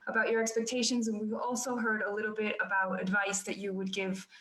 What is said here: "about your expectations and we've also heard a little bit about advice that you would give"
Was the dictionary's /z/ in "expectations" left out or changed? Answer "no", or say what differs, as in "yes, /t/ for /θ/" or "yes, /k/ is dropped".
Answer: no